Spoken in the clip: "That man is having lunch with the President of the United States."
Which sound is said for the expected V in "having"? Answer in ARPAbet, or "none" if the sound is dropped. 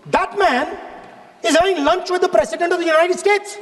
none